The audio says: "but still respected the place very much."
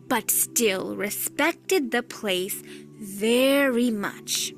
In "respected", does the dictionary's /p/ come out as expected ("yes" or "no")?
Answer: yes